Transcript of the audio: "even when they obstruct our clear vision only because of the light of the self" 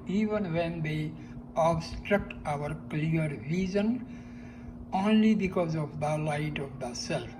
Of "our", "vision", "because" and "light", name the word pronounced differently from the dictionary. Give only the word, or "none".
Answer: vision